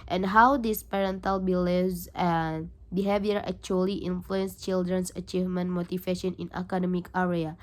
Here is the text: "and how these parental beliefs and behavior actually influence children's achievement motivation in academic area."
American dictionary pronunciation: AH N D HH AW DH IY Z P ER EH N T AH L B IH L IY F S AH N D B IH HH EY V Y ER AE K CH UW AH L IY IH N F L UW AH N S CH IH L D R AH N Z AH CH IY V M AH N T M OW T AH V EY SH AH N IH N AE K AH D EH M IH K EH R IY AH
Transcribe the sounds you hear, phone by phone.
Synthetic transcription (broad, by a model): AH N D HH AW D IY S P ER EH N T AH L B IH L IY S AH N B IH HH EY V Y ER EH K CH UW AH L IY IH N F L UW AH N S CH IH L D R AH N S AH CH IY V M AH N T M OW T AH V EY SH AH N IH N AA K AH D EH M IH K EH R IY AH